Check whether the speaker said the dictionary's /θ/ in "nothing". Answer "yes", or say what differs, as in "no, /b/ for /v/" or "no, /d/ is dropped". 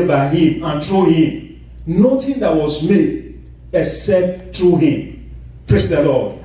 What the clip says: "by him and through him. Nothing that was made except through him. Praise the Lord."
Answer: no, /t/ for /θ/